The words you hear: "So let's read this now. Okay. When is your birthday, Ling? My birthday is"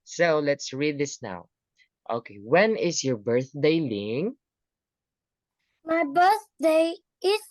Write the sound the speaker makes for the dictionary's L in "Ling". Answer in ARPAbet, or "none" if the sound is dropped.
L